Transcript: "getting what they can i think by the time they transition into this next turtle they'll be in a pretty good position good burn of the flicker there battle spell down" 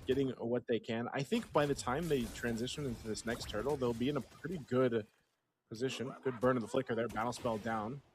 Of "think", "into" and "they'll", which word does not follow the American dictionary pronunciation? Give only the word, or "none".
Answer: none